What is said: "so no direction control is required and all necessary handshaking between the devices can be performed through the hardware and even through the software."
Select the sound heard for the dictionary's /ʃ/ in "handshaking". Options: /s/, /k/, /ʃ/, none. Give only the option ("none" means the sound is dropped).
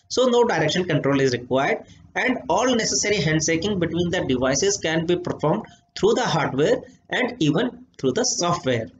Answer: /s/